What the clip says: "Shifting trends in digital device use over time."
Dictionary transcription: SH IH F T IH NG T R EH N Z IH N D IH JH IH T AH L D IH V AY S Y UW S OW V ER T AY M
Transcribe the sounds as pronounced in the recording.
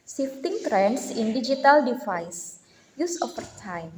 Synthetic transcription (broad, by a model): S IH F T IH NG T R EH N S IH N D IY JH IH T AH L D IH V AY S Y UW S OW F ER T AY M